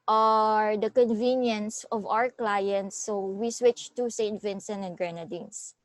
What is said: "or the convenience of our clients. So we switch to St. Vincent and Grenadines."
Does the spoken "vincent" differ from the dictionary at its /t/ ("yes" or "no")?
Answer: yes